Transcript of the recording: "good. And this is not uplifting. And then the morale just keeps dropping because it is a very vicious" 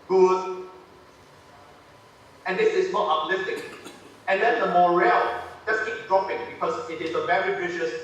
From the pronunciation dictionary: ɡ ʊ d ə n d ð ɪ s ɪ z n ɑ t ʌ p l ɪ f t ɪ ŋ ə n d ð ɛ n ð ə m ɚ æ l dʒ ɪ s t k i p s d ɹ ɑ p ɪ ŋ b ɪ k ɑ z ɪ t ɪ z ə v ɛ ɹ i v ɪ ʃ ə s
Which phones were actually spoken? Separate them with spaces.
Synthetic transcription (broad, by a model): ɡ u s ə n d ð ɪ s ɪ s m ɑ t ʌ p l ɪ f t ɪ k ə n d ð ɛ n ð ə m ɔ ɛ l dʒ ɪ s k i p d ɹ ɑ p ɪ ŋ b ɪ k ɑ s ɪ t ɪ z ə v ɛ ɹ i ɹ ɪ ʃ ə s